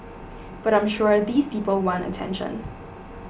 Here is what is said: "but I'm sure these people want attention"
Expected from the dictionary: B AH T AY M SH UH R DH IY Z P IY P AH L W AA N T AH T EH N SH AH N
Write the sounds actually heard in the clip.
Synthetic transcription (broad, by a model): B AH T AY M SH UH R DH IY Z P IY P AH L W AA N T AH T EH N SH AH N